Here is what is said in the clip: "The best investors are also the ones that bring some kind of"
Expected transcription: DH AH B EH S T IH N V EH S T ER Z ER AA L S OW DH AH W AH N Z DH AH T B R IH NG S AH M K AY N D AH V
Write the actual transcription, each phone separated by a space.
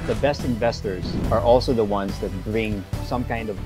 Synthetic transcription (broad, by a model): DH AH B EH S T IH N V EH S T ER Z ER AA L S OW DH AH W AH N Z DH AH T B R IH NG S AH M K AY N D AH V